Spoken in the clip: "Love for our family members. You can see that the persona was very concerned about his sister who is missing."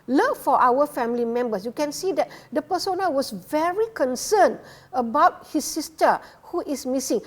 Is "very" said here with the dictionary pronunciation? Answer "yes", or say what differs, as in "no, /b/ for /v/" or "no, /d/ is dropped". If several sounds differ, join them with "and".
yes